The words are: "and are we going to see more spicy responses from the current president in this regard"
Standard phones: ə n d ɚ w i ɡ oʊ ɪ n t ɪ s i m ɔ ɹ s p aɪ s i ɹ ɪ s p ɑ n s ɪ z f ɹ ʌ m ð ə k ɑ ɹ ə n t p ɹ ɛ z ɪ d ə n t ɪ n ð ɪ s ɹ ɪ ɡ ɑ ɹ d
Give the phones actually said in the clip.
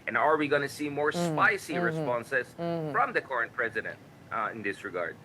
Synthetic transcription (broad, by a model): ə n ɚ w i ɡ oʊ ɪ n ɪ s i m ɔ ɹ s p aɪ s i ɹ ɪ s p ɑ n s ɪ z f ɹ ʌ m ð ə k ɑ ɹ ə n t p ɹ ɛ z ɪ d ə n t ɪ n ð ɪ s ɹ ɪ ɡ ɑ ɹ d